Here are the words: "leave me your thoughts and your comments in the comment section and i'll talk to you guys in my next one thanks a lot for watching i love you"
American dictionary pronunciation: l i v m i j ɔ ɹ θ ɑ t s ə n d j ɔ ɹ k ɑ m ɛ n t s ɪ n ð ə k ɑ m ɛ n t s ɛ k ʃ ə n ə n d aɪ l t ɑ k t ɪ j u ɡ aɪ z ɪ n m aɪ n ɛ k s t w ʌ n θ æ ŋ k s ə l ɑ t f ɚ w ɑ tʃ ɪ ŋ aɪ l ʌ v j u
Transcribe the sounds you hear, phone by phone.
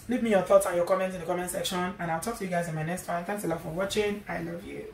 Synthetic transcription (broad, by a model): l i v m i j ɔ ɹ θ ɑ t s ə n j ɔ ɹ k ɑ m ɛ n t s ɪ n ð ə k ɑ m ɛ n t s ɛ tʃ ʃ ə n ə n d aɪ l t ɑ k t ɪ j u ɡ aɪ z ɪ n m aɪ n ɛ k s t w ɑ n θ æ ŋ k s ə l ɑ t f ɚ w ɑ tʃ ɪ ŋ aɪ l ʌ v j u